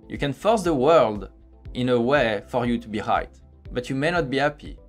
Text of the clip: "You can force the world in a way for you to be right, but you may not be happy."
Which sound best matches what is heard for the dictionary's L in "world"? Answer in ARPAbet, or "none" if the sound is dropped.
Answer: L